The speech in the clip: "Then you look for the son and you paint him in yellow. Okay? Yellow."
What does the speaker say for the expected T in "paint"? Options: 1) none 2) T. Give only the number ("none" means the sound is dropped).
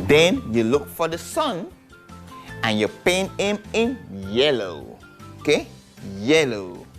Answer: 1